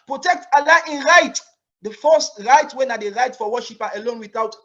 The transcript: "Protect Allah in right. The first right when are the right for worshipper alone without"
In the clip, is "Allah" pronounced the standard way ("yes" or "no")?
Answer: yes